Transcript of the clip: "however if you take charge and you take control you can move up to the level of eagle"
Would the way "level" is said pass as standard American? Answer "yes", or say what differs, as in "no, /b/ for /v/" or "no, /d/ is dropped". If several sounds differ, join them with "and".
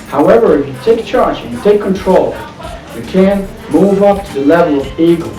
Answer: yes